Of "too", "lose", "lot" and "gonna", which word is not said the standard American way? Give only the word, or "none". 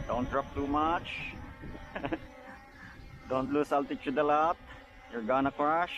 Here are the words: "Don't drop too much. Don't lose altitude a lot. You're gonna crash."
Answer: lose